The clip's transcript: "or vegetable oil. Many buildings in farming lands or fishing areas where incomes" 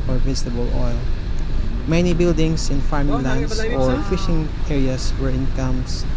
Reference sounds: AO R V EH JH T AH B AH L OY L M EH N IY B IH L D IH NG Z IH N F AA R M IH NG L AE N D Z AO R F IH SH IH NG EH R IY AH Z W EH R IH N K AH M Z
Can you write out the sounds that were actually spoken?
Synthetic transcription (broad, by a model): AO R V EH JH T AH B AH L OY L M EH N IY B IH L D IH NG S IH N F AA R M IH NG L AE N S AO R F IH SH IH NG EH R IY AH S W EH R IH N K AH M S